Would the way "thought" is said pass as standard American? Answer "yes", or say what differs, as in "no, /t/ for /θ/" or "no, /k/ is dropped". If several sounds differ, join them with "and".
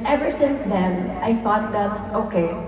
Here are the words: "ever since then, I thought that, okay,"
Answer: no, /f/ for /θ/